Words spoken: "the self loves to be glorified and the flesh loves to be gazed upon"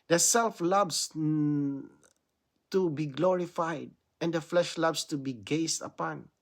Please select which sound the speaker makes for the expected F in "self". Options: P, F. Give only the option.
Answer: F